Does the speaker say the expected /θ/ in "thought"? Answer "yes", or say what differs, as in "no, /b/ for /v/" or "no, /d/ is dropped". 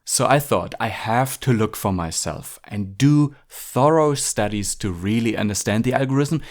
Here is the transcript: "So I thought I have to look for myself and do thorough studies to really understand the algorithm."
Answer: yes